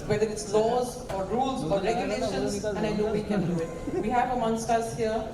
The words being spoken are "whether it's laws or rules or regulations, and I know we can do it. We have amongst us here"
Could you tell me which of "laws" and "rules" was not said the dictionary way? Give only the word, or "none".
none